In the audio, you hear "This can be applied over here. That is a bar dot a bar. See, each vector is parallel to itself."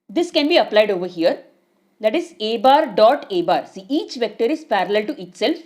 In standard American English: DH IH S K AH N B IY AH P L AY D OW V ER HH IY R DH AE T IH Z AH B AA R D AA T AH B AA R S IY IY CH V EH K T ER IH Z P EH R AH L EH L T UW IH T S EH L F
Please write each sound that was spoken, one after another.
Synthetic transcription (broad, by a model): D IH S K AH N B IY AH P L AY D OW V ER HH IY R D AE T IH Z AH B AA R D AA T AH B AA R S IY IY CH V EH K T ER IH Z P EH R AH L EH L T UW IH T S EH L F